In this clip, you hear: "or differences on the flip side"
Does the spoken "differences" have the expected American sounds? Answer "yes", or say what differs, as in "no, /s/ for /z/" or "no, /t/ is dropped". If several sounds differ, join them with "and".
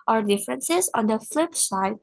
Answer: yes